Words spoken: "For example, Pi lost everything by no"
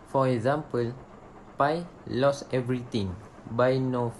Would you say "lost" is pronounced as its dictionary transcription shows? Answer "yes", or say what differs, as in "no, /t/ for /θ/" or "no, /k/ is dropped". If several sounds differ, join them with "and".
no, /t/ is dropped